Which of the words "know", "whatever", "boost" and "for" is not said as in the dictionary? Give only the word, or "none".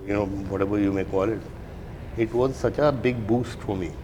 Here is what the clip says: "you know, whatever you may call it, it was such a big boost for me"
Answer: whatever